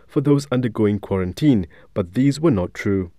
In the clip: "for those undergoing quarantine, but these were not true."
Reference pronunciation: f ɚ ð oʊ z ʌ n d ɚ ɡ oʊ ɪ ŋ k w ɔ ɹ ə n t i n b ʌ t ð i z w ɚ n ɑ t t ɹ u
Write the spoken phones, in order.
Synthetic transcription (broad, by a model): f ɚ ð oʊ z ʌ n d ɚ ɡ oʊ ɪ ŋ k w ɔ ɹ ə n t i n b ʌ t ð i z w ɚ n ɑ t t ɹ u